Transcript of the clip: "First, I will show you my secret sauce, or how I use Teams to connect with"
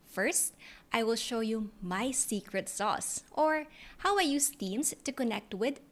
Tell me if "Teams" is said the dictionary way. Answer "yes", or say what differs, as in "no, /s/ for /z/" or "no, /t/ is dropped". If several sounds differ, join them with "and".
no, /s/ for /z/